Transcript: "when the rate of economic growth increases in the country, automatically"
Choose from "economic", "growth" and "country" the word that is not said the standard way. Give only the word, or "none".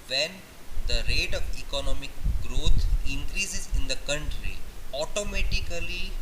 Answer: growth